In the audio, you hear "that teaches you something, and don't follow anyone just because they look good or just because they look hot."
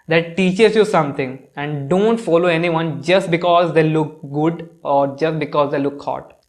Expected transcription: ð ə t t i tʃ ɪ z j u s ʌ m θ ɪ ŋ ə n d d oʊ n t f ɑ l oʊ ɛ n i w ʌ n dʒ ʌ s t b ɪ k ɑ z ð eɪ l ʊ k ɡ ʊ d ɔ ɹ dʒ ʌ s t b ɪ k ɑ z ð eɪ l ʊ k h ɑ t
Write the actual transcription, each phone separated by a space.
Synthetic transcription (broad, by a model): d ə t t i tʃ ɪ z j u s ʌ m t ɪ ŋ ə n d d oʊ n t f ɑ l oʊ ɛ n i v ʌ n dʒ ʌ s t b ɪ k ɑ z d eɪ l ʊ k ɡ ʊ d ɔ ɹ dʒ ʌ s t b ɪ k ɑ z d eɪ l ʊ k h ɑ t